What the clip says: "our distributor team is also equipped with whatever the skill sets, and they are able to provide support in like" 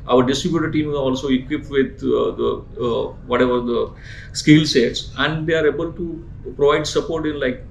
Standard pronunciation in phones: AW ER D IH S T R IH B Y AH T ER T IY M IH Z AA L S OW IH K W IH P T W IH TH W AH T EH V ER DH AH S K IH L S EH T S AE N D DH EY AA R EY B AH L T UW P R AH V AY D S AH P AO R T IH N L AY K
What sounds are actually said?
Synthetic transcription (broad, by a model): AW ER D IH S T R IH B Y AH T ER T IY M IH AA L S OW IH K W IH P T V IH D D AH T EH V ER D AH S K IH L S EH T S AE N D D EY AA R EY B AH L T UW P R AH V AY D S AH P AO R T IH N L AY K